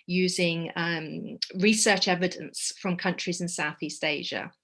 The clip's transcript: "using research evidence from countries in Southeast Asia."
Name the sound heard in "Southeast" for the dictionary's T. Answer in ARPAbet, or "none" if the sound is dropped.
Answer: T